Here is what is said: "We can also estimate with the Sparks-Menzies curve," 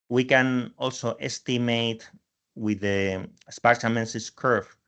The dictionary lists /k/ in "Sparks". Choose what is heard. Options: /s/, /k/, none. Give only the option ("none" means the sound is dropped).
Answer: none